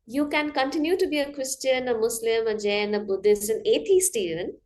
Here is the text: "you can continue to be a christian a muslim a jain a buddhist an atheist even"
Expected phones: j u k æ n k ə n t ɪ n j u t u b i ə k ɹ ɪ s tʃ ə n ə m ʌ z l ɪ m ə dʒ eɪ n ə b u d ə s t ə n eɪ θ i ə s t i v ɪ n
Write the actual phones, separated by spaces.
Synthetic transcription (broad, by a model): j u k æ n k ə n t ɪ n j u t u b i ə k ɹ ɪ s tʃ ə n ə m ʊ s l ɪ m ə dʒ eɪ n ə b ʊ d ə s t ə n eɪ t i s t i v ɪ n